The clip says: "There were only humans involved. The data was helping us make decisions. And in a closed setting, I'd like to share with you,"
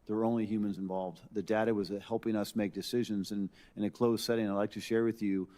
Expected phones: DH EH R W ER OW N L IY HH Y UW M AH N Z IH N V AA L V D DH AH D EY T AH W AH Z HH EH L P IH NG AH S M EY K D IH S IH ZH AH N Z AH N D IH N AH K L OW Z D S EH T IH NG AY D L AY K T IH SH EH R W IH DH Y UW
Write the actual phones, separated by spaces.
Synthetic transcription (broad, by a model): DH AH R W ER OW N L IY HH Y UW M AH N Z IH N V AA L V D DH AH D EY T AH W AH Z HH EH L P IH NG AH S M EY K D IH S IH ZH AH N Z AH N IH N AH K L OW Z S EH T IH NG AY D L AY K T IH SH EH R W IH DH Y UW